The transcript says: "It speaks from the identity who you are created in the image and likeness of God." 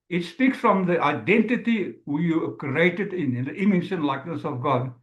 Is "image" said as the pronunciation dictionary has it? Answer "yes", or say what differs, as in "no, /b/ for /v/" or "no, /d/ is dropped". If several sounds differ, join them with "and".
no, /ʃ/ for /dʒ/